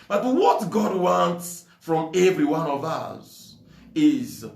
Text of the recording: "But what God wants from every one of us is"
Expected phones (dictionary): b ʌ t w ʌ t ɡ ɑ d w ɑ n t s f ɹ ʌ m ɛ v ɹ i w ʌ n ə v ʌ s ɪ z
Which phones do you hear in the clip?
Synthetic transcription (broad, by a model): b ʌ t w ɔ t ɡ ɑ d w ɑ n t s f ɹ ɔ m ɛ v ɹ i w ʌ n ə v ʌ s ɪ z